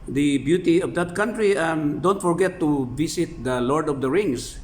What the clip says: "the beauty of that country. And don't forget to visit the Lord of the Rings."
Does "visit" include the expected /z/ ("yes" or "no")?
no